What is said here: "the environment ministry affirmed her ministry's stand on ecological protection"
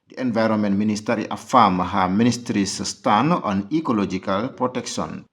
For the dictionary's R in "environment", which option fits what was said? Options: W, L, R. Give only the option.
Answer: R